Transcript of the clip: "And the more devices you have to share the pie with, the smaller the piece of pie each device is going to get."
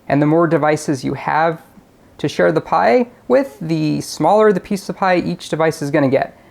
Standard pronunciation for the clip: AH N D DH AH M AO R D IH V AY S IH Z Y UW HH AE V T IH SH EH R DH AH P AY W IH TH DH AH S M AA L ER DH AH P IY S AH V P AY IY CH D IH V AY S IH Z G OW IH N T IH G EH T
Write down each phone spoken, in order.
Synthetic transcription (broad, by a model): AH N DH AH M AO R D IH V AY S IH Z Y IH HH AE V T IH SH EH R DH AH P AY W IH DH AH S M AA L ER DH AH P IY S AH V P AY IY CH D IH V AY S IH Z G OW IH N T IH G EH T